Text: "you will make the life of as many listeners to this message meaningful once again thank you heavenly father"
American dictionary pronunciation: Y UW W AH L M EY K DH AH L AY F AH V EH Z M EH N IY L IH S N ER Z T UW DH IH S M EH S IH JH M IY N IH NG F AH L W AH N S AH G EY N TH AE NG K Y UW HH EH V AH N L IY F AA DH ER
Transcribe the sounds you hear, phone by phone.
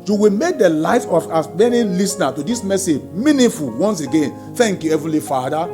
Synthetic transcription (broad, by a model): Y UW W AH L M EY K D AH L AY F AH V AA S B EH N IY L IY S N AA T UW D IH S M EH S IH JH M IY N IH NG F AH L W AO N S AH G EY N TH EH NG K Y UW HH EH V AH L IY F AA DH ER